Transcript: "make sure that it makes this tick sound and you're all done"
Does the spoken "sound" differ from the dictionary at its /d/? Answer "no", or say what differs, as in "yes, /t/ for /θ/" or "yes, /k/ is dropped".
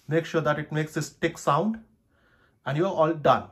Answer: no